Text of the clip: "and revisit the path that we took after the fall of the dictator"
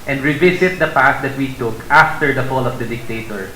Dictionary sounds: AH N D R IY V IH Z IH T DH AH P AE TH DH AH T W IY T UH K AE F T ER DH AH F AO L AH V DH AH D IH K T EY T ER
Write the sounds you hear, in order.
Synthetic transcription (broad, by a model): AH N D R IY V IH S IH T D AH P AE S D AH T W IY T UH K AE F T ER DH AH F AO L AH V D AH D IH K T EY T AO